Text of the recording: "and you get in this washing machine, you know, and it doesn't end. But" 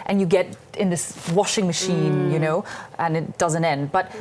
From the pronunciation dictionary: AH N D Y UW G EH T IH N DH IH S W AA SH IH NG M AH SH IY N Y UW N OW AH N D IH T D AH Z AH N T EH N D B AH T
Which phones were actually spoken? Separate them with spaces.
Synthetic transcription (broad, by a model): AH N Y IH G EH T IH N DH IH S W AA SH IH NG M AH SH IY N Y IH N OW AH N IH T D AH Z AH N T EH N D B AH T